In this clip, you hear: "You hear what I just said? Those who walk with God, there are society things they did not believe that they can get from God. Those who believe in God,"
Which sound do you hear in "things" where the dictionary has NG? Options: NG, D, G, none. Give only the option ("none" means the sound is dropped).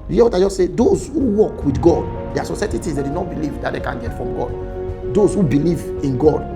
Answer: none